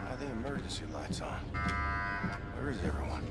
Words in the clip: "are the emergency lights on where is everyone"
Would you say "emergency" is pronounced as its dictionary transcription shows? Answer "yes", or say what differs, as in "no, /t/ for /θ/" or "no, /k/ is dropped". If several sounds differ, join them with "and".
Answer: no, /n/ is dropped